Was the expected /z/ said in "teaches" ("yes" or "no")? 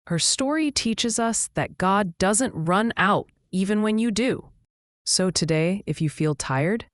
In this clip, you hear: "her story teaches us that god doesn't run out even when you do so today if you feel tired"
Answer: yes